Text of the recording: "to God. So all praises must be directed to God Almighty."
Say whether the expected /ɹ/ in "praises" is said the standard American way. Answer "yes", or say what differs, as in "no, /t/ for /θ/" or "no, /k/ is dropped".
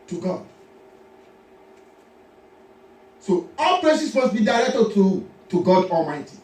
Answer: no, /l/ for /ɹ/